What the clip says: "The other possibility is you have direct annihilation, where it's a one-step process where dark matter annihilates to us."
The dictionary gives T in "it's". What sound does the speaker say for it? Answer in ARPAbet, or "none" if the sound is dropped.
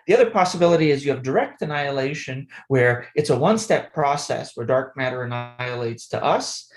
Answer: T